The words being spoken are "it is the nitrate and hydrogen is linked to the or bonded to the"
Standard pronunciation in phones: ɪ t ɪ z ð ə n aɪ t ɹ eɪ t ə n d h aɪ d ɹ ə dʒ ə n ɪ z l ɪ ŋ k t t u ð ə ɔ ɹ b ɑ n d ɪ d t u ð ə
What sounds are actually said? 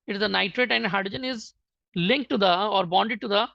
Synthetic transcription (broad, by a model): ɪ t ɪ z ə n aɪ t ɹ eɪ t ə n d h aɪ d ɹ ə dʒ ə n ɪ z l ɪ ŋ k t t u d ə ɔ ɹ b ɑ n d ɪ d t u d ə